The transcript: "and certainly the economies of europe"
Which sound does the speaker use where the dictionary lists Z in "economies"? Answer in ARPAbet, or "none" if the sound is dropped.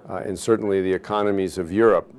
Z